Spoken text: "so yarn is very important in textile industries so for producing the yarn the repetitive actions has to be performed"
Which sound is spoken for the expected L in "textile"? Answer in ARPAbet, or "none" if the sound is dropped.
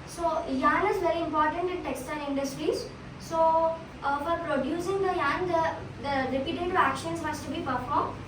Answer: N